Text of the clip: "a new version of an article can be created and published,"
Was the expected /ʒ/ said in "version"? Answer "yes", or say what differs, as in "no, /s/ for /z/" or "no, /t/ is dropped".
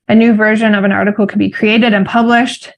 yes